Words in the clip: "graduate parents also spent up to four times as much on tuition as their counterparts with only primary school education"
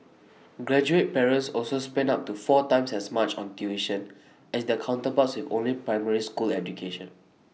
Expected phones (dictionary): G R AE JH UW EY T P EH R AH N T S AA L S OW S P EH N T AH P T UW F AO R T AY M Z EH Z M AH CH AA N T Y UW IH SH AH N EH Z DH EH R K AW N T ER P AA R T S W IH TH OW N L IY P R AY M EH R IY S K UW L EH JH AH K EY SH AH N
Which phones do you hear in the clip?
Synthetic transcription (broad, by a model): G R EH JH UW EY T P EH R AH N S AA L S OW S P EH N AA P T UW F AO T AY M S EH S M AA CH AA N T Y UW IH SH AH N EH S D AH K AW N T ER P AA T S W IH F OW N L IY P R AY M EH R IY S K UW L EH JH AH K EY SH AH N